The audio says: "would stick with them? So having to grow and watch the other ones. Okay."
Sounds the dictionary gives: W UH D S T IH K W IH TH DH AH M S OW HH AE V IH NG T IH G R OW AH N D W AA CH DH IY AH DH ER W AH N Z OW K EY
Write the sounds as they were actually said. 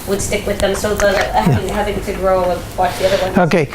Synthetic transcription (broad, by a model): W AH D S T IH K W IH DH AH M S OW HH AE V IH NG T IH G R OW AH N W AA CH DH IY AH DH ER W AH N OW K EY